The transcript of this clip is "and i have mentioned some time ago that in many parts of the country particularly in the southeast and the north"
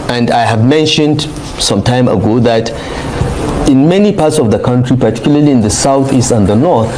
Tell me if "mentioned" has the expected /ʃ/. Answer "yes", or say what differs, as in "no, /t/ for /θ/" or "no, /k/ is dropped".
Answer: yes